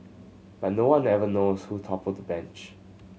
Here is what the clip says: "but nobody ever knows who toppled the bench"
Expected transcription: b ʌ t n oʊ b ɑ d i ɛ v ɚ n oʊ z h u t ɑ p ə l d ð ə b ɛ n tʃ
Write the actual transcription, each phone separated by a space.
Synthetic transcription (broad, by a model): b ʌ t n oʊ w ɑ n ɛ v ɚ n oʊ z h u t ɑ p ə d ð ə b ɛ n tʃ